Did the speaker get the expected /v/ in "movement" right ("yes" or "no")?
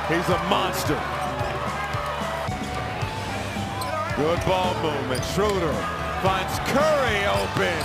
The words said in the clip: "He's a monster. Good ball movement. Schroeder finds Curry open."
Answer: no